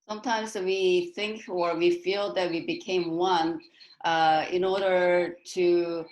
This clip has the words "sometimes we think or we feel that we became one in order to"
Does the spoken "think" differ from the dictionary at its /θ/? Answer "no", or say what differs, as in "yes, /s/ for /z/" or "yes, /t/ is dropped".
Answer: no